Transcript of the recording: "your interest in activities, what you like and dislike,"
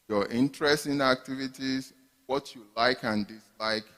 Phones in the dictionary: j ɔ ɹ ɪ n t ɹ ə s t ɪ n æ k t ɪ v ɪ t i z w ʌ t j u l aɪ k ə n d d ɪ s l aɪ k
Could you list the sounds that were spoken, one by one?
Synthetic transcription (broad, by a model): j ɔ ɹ ɪ n t ɹ ə s t ɪ n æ k t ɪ v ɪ t i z w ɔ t j u l aɪ k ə n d d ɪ s l aɪ k